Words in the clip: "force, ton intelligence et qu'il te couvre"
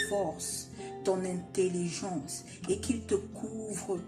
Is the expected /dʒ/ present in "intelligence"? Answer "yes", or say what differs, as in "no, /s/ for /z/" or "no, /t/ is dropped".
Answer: no, /ʒ/ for /dʒ/